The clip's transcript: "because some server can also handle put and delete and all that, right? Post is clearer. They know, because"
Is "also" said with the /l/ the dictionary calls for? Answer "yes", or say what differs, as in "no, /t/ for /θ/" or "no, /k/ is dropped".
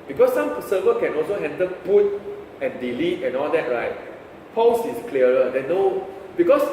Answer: yes